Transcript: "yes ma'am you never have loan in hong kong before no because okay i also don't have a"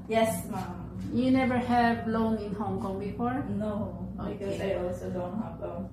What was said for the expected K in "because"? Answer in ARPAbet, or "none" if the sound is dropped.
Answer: none